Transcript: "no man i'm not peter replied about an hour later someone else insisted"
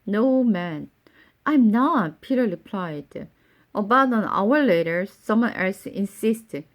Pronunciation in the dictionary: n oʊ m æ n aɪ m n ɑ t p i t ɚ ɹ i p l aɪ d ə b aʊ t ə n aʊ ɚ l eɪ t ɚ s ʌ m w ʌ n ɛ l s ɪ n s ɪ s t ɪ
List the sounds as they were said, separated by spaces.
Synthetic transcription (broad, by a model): n oʊ m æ n aɪ m n ɑ t p i t ɚ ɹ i p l aɪ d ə b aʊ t ə n aʊ ɚ l eɪ t ɚ s ʌ m w ʌ n ɛ l s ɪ n s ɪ s t